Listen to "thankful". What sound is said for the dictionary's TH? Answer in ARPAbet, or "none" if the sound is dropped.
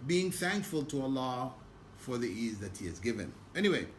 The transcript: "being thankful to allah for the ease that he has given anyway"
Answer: TH